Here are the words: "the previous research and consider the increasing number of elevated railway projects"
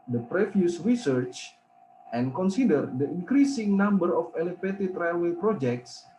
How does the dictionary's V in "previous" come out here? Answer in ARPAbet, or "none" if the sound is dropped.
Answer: F